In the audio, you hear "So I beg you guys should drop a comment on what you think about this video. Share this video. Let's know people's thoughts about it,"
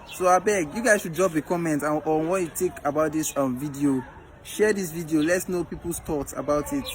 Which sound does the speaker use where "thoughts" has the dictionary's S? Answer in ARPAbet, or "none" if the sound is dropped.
none